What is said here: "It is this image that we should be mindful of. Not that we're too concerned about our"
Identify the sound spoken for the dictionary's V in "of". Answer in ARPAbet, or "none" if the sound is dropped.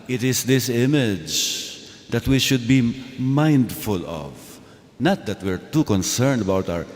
V